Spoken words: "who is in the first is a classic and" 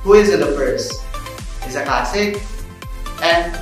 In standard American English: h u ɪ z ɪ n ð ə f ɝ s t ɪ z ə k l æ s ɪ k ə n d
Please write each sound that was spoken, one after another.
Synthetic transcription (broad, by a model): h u ɪ z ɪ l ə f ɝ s ɪ z ə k l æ s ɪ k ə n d